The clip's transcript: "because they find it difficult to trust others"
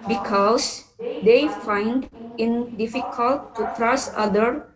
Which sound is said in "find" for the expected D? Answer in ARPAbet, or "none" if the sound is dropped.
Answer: D